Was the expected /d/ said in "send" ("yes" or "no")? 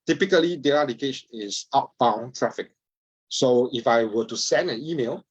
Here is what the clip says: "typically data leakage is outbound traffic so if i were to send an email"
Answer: yes